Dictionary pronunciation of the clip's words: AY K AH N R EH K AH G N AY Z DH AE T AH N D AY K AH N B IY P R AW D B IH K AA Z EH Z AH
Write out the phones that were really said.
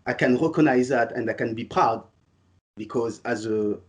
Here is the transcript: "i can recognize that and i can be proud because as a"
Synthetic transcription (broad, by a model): AY K AH N R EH K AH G N AY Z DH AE T AH N D AY K AH N B IY P R AW D B IH K AA Z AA Z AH